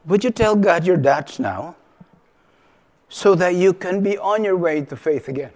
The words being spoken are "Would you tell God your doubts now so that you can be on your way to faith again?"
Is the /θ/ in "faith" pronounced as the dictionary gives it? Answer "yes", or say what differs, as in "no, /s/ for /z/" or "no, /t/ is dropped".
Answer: yes